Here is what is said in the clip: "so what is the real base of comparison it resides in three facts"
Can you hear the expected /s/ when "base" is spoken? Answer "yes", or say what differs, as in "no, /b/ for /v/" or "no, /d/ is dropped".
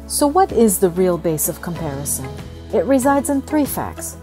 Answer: yes